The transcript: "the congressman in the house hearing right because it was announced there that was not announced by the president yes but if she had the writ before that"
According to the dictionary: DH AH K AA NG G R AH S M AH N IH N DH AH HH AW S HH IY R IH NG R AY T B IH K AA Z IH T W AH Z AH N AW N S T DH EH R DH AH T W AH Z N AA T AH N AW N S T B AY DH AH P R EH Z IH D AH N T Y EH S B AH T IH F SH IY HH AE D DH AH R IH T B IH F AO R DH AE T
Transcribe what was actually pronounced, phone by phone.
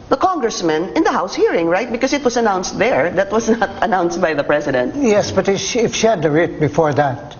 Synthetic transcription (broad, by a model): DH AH K AA NG G R AH S M AH N IH N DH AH HH AW S HH IY R IH NG R AY T B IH K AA S IH T W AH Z AH N AW N S T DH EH R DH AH T W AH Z N AA T AH N AW N S T B AY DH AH P R EH S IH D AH N T Y EH S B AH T IH F SH IY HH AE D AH R IH T B IH F AO R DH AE T